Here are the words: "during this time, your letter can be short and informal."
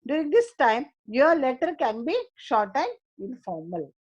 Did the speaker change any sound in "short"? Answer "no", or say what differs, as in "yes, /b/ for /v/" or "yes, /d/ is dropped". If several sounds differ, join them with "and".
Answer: no